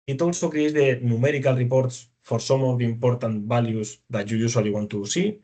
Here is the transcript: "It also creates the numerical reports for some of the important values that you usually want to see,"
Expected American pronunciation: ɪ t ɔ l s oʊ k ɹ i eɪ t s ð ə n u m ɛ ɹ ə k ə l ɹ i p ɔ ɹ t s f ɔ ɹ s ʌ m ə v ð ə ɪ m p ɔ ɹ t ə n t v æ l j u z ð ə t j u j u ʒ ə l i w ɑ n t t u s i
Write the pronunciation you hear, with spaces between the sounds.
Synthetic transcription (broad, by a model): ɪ t ɔ l s oʊ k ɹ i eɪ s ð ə n u m ɛ ɹ ə k ə l ɹ i p ɔ ɹ t s f ɔ ɹ s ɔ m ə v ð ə ɪ m p ɔ ɹ t ə n t b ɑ l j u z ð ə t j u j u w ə l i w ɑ n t t u s i